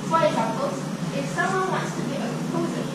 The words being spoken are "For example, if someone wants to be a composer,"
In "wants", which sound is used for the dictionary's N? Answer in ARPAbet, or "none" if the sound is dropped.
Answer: none